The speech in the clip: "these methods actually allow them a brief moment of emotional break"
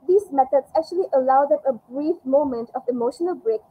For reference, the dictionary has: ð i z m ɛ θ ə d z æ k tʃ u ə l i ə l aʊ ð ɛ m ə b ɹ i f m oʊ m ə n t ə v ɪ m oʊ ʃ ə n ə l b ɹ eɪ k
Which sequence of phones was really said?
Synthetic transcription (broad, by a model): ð i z m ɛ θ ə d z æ k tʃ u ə l i ə l aʊ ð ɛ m ə b ɹ i f m oʊ m ə n t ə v ɪ m oʊ ʃ ə n ə l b ɹ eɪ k